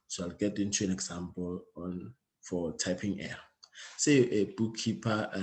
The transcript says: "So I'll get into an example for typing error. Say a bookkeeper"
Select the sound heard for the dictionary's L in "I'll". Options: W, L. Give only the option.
L